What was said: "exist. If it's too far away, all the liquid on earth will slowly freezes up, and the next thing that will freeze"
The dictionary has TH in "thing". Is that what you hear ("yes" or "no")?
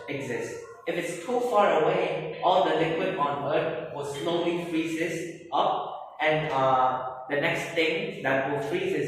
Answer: no